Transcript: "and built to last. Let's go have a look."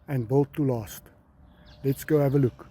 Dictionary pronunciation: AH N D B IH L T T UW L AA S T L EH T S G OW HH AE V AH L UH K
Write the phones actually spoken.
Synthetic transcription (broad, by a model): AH N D B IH L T T UW L AA S T L EH T S G OW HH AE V AH L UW K